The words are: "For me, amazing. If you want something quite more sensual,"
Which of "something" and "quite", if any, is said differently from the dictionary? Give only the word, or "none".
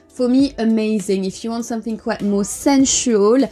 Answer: none